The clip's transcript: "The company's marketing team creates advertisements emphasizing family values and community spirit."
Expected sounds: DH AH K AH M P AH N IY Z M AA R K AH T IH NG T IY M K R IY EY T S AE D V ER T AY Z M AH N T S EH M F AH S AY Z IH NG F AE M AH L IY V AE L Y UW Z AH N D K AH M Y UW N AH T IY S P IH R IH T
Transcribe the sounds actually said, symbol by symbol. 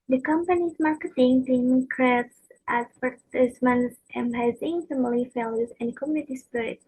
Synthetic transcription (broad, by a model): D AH K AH M P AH N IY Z M AA R K AH T IH NG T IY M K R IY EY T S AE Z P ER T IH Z M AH N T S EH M AH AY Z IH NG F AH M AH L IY F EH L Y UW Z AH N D K AH M Y UW N AH T IY S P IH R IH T